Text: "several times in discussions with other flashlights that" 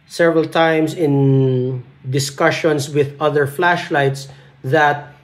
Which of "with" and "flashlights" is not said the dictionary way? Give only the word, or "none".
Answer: none